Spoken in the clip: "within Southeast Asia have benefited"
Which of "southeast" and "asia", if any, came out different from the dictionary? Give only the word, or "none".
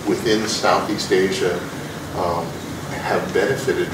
none